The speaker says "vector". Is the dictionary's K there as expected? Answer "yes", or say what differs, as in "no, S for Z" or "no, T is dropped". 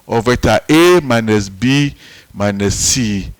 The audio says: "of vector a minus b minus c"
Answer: no, K is dropped